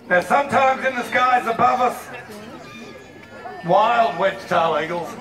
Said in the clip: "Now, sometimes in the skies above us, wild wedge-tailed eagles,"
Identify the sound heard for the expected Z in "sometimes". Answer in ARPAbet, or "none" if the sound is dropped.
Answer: Z